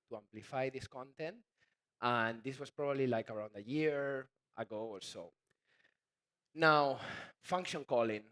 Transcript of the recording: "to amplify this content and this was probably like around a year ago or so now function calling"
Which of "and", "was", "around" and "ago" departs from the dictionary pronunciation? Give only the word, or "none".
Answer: was